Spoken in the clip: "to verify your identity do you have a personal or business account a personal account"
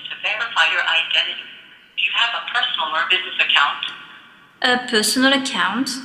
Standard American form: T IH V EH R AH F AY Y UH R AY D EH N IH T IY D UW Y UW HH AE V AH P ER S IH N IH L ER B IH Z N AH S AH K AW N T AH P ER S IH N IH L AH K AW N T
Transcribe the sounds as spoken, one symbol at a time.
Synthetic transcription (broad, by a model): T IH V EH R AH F AY Y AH R AY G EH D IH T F Y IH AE V AH P ER S N L ER B IH Z N AH S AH K AW N T AH P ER S N L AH K AW N T